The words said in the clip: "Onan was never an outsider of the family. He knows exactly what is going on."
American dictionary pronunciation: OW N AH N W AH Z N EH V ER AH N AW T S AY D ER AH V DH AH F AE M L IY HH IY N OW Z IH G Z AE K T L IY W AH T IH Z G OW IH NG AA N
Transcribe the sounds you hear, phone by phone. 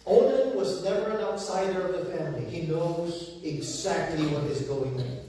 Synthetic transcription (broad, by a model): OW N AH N W AH Z N EH V ER AH N AW T S AY D ER AH V DH AH F AE M L IY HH IY N OW Z IH G Z AE K T L IY W AH T IH Z G OW IH NG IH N